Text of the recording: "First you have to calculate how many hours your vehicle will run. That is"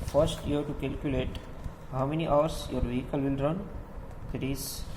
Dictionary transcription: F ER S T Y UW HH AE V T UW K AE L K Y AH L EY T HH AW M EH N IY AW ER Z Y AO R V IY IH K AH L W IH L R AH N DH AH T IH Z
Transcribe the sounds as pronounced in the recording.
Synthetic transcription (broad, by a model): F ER S T Y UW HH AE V T UW K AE L K Y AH L EY T HH AW M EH N IY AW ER S Y AO R V IY IH K AH L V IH L R AH N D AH T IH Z